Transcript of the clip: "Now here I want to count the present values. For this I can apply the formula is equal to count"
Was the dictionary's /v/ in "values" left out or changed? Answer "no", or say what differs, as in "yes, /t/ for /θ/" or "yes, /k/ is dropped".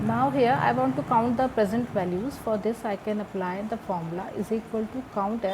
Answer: no